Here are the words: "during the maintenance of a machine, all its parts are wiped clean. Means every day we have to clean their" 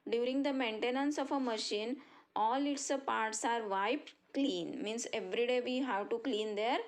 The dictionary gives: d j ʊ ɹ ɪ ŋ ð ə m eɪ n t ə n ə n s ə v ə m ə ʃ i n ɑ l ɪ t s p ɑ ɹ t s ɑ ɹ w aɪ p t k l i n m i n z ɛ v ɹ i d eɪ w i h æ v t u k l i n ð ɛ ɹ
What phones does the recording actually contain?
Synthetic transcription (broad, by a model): d j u ɹ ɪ ŋ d ə m eɪ n t ə n ə n s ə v ə m ə ʃ i n ɑ l ɪ t s p ɑ ɹ t s ɑ ɹ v aɪ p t k l i n m i n s ɛ v ɹ i d eɪ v i h æ v t u k l i n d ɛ ɹ